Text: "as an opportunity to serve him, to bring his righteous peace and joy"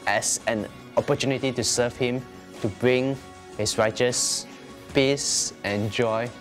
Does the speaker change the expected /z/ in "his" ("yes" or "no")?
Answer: yes